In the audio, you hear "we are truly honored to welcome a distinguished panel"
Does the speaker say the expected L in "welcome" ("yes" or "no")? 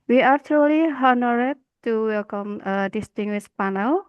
no